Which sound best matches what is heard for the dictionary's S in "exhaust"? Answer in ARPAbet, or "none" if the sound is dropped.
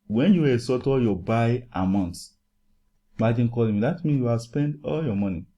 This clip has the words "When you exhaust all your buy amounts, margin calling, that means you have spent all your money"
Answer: none